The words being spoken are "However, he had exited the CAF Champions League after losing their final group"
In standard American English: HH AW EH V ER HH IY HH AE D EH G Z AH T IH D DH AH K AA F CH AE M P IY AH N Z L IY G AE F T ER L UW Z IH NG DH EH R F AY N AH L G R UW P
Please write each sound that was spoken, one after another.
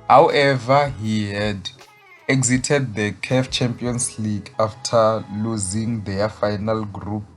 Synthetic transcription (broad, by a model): HH AW EH V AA HH IY HH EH D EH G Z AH T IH D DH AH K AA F CH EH M P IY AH N S L IY G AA F T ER L UW Z IH NG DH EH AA F AY N AH L G R UW P